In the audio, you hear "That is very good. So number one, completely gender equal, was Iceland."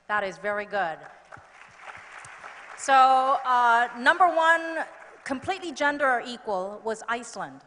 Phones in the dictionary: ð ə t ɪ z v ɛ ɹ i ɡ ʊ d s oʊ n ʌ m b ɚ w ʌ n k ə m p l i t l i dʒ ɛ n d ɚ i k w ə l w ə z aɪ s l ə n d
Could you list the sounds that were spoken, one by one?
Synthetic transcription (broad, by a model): ð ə t ɪ z v ɛ ɹ i ɡ ʊ d s oʊ n ʌ m b ɚ w ʌ n k ə m p l i t l i dʒ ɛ n d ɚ i k w ə l w ə z aɪ s l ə n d